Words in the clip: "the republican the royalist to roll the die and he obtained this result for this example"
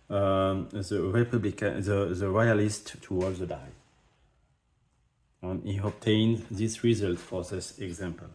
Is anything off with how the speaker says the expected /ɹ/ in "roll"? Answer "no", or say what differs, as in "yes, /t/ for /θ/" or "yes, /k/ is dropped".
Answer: yes, /w/ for /ɹ/